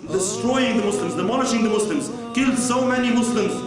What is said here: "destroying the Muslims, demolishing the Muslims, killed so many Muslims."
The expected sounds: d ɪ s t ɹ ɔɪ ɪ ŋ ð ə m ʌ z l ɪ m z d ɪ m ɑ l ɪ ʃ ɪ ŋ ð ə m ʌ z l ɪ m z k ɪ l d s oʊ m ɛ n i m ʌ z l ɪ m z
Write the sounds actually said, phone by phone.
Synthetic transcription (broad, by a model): d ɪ s t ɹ ɔɪ ɪ ŋ ð ə m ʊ s l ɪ m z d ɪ m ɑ n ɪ ʃ ɪ ŋ ð ə m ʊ s l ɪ m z k ɪ l d s oʊ m ɛ n i m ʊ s l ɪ m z